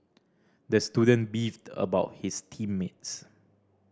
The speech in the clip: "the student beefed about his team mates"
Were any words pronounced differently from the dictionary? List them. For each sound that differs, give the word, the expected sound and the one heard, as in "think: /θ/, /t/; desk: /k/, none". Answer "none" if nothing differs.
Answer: his: /z/, /s/